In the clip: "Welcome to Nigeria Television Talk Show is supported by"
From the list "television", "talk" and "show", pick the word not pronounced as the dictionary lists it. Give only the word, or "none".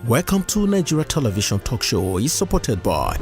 television